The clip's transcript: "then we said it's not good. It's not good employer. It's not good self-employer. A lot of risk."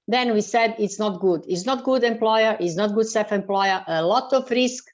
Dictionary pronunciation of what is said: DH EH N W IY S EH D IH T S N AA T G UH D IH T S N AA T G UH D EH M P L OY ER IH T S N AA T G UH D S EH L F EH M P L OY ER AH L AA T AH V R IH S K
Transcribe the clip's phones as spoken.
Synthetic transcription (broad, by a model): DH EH N W IY S EH D IH T S N AA T G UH D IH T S N AA T G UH D EH M P L OY ER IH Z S N AA T G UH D S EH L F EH M P L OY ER AH L AA T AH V R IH S K